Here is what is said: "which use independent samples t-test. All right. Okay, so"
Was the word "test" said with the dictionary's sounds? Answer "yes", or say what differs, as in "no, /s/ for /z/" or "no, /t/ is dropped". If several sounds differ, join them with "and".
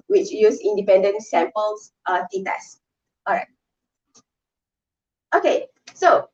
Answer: no, /s/ is dropped